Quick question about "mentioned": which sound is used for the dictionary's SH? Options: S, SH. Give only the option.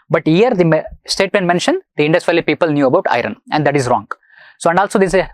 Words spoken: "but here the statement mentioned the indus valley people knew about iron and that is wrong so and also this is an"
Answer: SH